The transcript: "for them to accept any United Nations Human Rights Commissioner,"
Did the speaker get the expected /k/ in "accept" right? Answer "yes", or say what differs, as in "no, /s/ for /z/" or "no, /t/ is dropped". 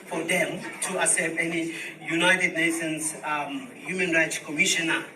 no, /k/ is dropped